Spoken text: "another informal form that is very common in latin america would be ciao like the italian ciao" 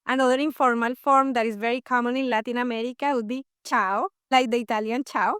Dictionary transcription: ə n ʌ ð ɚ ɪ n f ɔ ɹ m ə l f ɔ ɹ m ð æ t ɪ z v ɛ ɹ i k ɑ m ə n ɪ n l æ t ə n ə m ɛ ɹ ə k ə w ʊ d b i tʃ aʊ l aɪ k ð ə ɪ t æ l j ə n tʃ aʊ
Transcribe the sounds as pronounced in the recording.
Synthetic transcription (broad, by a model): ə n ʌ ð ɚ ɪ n f ɔ ɹ m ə l f ɔ ɹ m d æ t ɪ z v ɛ ɹ i k ɑ m ə n ɪ n l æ t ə n ə m ɛ ɹ ə k ə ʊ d b i tʃ aʊ l aɪ k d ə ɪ t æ l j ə n tʃ aʊ